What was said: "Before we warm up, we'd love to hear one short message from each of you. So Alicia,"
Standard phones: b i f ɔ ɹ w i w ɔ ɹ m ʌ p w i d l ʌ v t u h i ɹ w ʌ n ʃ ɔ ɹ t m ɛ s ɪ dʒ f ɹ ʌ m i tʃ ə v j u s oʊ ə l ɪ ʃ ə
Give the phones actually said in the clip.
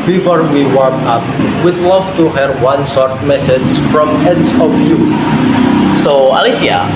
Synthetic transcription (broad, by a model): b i f ɔ ɹ w i w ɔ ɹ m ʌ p w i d l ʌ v t u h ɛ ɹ w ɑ n s ɔ ɹ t m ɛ s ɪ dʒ f ɹ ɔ m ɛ s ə f j u s oʊ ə l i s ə